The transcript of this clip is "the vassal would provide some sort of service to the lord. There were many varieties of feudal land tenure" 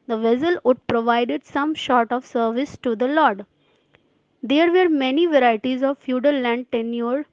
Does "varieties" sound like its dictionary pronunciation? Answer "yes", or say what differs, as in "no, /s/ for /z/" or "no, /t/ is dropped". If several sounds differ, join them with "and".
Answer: yes